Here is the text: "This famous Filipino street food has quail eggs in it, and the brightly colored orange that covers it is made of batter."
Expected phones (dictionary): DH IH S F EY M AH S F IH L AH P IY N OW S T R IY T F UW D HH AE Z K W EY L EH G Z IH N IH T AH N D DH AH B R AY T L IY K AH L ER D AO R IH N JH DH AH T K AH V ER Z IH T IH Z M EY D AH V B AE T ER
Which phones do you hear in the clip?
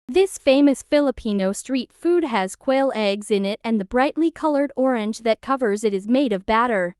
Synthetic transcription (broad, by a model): DH IH S F EY M AH S F IH L AH P IY N OW S T R IY T F UW D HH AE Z K W EY L EH G Z IH N IH T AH N DH AH B R AY T L IY K AH L ER D AO R IH N JH DH AH T K AH V ER Z IH T IH Z M EY D AH V B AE T ER